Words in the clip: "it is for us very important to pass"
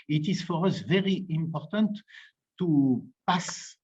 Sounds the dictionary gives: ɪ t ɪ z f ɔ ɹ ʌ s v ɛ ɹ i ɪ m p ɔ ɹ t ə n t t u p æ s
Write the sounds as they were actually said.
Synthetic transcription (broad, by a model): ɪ t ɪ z f ɔ ɹ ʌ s v ɛ ɹ i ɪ m p ɔ ɹ t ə n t t u p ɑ s